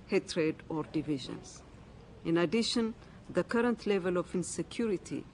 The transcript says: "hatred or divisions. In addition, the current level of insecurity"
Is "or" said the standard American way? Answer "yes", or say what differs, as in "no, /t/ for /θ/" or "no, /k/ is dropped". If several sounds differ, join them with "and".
yes